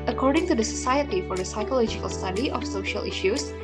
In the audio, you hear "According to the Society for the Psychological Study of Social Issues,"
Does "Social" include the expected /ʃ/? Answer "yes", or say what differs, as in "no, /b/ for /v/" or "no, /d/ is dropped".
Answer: yes